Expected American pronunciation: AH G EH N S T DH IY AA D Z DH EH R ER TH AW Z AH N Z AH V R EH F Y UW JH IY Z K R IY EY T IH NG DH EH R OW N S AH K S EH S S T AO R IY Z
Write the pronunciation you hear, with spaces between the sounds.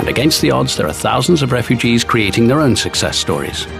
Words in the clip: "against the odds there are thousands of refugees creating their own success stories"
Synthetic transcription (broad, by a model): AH G EH N S T DH IY AA D Z DH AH R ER TH AW Z AH N Z AH V R EH F Y UW JH IY Z K R IY EY T IH NG DH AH R OW N S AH K S EH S S T AO R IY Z